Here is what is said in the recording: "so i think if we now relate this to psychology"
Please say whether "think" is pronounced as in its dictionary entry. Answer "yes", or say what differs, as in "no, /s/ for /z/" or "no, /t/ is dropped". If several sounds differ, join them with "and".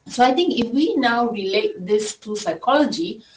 no, /t/ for /θ/